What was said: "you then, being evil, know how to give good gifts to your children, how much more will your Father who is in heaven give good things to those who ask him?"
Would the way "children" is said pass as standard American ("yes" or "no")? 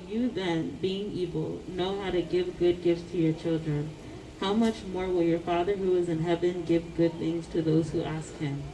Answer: yes